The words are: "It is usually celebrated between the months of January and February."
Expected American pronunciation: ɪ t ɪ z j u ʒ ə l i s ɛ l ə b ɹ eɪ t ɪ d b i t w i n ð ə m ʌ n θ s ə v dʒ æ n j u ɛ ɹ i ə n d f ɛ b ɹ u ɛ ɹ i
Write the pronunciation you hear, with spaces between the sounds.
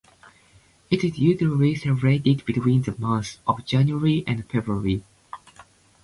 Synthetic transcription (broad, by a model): ɪ t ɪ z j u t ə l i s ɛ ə ɹ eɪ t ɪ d b i t w i n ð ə m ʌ θ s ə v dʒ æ n j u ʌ ɹ i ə n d f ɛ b ɹ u ɹ i